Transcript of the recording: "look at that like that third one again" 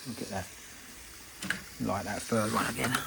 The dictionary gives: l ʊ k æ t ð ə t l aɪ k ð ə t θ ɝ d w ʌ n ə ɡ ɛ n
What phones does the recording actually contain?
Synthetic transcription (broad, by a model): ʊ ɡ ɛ t ð ə t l aɪ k ð ə t f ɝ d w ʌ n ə ɡ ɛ n